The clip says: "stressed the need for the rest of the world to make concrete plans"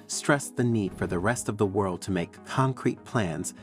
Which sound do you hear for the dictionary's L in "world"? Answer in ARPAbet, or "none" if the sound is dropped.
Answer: L